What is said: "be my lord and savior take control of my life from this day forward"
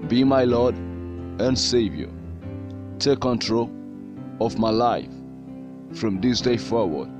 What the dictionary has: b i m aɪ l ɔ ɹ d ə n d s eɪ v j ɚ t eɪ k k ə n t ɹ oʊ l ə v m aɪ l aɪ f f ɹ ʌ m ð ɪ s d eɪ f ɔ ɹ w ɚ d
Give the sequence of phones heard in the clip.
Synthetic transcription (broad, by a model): b i m aɪ l ɔ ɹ d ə n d s eɪ v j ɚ t eɪ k k ə n t ɹ oʊ l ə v m aɪ l aɪ f f ɹ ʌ m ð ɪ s d eɪ f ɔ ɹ w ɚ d